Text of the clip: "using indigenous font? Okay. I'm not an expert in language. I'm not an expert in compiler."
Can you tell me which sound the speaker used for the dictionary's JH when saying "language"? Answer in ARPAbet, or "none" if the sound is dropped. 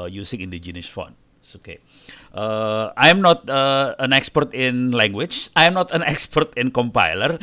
CH